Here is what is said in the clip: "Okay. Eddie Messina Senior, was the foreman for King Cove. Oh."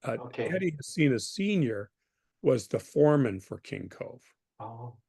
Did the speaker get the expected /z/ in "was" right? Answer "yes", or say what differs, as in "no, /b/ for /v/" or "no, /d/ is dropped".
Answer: yes